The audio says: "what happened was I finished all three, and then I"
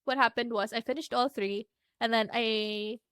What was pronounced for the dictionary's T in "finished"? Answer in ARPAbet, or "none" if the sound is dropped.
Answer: T